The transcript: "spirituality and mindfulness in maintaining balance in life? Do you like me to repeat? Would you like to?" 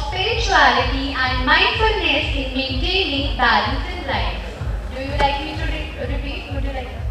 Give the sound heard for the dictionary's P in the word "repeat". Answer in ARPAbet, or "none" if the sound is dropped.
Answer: none